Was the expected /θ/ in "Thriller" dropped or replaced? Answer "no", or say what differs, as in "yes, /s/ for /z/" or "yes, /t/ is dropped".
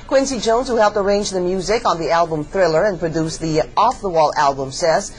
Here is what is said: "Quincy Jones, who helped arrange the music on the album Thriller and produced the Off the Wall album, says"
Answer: no